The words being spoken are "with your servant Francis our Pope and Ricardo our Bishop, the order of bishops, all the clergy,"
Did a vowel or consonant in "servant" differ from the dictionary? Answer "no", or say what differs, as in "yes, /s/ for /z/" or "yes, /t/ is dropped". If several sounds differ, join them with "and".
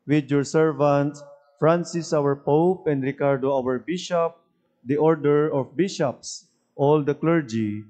no